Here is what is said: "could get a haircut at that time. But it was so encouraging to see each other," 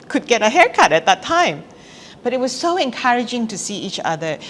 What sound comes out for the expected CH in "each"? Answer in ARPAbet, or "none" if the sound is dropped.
CH